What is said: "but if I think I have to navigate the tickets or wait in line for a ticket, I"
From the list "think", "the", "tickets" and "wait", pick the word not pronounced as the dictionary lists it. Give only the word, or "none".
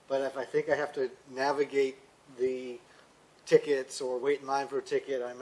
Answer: wait